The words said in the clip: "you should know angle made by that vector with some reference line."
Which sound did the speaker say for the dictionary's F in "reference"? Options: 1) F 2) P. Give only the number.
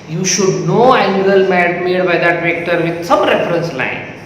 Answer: 1